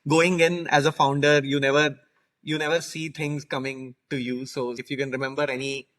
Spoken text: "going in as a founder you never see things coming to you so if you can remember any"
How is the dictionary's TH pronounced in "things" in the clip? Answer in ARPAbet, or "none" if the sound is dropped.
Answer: T